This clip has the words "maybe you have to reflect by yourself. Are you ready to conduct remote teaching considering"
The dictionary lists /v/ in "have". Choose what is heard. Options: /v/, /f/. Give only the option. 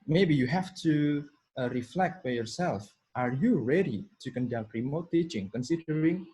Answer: /f/